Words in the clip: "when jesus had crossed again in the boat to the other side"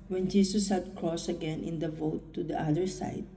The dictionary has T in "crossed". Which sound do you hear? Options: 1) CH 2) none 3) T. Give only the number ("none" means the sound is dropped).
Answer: 2